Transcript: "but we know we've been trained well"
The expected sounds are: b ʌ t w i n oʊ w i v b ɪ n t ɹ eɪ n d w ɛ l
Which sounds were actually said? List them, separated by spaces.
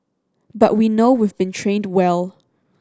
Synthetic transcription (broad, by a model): b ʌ t w i n oʊ w i v b ɪ n t ɹ eɪ n d w ɛ l